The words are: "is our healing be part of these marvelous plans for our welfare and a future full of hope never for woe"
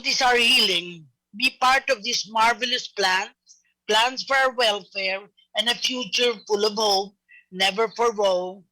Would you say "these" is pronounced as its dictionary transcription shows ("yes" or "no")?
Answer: no